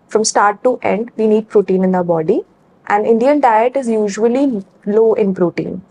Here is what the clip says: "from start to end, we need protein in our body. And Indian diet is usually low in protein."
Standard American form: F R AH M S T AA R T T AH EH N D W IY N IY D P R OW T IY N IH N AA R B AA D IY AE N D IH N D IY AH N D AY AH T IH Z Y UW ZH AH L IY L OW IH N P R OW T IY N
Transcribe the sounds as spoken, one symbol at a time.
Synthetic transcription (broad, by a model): F R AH M S T AA R T T EH N D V IY N IY D P R OW T IY N IH N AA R B AA D IY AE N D IH N D IY AH N D AY AH T IH Z Y UW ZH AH L IY L OW IH N P R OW T IY N